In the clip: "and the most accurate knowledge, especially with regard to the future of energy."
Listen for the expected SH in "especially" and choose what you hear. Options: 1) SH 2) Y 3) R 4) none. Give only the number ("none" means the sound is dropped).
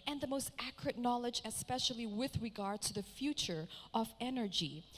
1